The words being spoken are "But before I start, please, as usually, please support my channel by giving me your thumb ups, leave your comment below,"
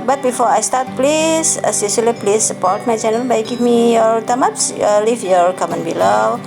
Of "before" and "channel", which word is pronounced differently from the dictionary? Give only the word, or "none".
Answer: channel